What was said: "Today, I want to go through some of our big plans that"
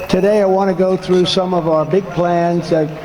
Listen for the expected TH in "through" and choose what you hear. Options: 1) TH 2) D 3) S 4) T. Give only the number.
1